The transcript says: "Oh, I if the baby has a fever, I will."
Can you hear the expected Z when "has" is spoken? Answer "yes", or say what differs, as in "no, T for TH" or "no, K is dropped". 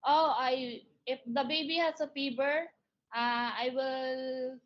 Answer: no, S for Z